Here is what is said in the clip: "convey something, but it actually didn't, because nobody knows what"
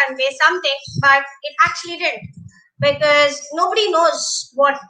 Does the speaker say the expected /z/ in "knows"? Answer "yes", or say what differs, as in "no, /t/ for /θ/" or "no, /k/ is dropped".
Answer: yes